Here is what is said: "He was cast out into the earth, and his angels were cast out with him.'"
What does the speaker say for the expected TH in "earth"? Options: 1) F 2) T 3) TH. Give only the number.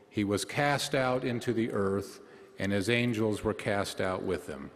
3